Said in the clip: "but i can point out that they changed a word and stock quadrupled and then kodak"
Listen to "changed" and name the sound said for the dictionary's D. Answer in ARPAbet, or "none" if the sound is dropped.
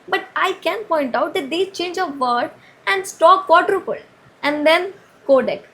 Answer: none